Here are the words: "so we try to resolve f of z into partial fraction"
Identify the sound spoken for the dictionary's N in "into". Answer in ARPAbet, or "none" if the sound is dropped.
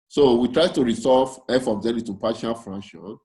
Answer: none